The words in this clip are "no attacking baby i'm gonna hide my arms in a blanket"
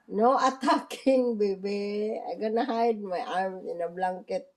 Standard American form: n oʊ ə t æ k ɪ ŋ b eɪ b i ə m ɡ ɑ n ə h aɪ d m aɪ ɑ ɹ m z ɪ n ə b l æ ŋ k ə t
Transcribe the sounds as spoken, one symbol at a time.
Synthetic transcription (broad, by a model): n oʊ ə t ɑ k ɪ ŋ b eɪ b i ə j ɡ ɑ n ə h aɪ d m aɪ ɑ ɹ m ɪ n ə b l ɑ ŋ k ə t